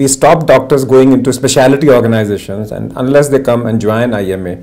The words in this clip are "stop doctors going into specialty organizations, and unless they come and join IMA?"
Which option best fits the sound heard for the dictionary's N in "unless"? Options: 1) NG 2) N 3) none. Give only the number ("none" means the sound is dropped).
2